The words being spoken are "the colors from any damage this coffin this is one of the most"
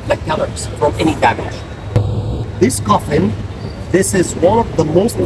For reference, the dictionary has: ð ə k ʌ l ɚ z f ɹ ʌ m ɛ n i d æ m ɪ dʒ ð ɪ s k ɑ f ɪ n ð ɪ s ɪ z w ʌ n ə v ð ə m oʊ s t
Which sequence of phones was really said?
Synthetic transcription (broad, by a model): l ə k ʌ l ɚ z f ɹ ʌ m ɛ n i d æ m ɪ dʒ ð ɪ s k ɑ f ɪ n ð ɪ s ɪ z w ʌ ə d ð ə m oʊ s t